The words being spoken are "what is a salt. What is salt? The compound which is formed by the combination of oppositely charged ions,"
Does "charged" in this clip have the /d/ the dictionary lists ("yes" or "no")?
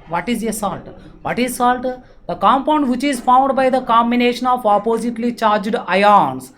yes